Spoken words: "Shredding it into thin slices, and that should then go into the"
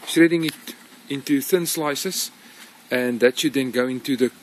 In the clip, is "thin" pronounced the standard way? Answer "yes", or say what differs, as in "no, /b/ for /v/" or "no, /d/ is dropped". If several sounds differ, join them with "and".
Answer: yes